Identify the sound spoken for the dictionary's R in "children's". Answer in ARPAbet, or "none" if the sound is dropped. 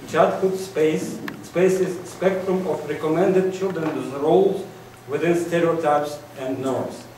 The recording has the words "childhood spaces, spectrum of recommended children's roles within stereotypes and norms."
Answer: R